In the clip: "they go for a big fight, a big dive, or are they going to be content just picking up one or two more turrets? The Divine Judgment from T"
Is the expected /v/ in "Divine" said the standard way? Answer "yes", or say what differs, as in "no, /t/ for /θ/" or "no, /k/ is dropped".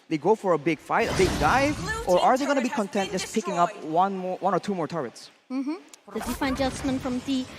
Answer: no, /f/ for /v/